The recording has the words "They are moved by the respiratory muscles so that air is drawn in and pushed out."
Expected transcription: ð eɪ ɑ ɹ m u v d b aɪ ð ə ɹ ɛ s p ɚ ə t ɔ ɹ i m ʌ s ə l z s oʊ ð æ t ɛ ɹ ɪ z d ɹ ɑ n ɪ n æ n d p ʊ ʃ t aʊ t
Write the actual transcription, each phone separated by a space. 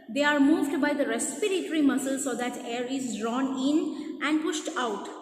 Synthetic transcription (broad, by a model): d eɪ ɑ ɹ m u v d b aɪ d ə ɹ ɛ s p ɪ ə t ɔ ɹ i m ʌ s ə l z s oʊ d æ t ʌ ɹ ɪ z d ɹ ɑ n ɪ n æ n d p ʊ ʃ t aʊ t